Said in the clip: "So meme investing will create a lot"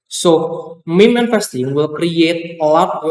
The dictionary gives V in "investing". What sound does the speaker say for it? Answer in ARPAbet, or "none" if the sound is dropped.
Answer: F